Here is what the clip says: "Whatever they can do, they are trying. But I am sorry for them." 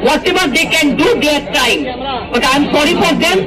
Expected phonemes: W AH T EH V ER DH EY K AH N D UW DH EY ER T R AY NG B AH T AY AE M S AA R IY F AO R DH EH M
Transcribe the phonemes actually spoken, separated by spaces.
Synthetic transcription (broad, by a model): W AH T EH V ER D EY K AH N D UW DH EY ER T AY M B AH T AY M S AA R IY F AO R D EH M